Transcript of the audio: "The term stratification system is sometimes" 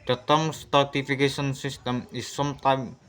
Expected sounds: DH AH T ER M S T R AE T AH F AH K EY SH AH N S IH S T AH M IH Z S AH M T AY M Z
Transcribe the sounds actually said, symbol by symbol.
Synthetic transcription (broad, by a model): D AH T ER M S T AA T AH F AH K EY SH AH N S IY S T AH M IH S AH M T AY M